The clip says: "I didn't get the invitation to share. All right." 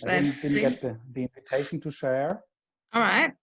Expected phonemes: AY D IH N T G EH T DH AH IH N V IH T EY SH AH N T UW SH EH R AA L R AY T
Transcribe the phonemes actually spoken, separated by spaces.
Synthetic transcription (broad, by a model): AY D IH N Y G EH T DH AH IH N V IH T EY SH AH N T UW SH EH R AA L R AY T